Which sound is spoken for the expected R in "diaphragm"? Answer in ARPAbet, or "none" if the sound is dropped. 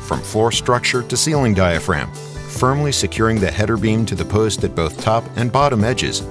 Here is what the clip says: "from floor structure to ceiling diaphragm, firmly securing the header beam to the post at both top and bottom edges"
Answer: R